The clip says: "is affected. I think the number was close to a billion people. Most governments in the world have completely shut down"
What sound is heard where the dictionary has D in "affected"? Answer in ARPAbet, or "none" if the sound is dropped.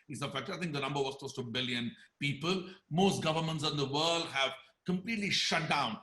none